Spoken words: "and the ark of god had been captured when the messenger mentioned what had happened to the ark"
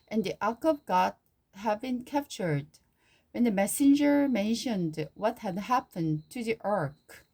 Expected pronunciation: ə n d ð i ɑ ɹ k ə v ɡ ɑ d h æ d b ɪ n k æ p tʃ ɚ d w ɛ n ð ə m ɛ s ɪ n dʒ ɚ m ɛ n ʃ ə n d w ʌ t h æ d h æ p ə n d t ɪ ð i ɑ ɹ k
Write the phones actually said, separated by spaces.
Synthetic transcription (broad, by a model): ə n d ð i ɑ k ə v ɡ ɑ d h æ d b ɪ n k æ p tʃ ɚ d w ɛ n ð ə m ɛ s ɪ n dʒ ɚ m ɛ n ʃ ə n d w ʌ t h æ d h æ p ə n t ɪ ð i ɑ ɹ k